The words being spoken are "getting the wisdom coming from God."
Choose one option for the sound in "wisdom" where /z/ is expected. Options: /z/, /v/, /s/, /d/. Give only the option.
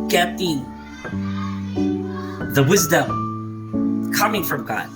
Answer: /z/